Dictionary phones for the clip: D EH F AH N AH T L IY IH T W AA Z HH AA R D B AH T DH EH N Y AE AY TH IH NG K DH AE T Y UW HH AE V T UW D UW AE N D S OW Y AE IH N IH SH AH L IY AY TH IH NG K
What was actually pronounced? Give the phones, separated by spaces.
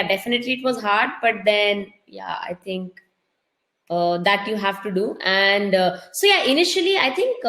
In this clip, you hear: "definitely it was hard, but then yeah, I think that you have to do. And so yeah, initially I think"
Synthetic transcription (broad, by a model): D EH F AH N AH T L IY IH T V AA Z HH AA R D B AH T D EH N Y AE AY T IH NG K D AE T Y UW HH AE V T UW D UW AE N D S OW Y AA IH N IH SH AH L IY AY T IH NG K